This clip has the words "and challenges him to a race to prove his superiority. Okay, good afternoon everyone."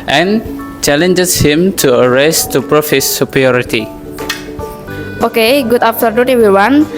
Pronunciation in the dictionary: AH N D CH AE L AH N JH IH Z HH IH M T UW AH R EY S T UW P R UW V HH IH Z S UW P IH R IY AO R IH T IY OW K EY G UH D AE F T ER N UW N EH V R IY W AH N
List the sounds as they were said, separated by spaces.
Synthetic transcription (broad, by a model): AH N CH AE L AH N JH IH S HH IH M T UW AH R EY S T UW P R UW F HH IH S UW P R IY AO R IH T IY OW K EY G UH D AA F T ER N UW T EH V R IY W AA N